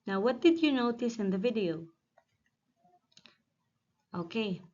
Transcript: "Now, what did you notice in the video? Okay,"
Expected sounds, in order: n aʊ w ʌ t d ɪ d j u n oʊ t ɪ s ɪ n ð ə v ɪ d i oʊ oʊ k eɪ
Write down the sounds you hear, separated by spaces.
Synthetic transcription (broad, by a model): n aʊ w ʌ t d ɪ d j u n oʊ t ɪ s ɪ n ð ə v ɪ d i oʊ oʊ k eɪ